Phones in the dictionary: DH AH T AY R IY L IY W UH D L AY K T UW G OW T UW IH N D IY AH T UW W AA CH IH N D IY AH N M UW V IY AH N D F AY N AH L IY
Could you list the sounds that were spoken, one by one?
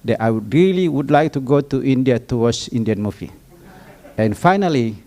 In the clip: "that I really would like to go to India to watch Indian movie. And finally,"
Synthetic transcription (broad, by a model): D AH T AY R IY L IY W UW D L AY K T UW G OW T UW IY N D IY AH T UW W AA S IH N D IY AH N M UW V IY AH N F AY N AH L IY